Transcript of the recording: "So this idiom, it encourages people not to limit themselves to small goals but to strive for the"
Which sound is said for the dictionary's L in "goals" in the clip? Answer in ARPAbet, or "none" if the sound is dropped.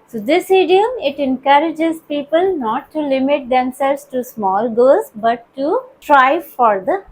none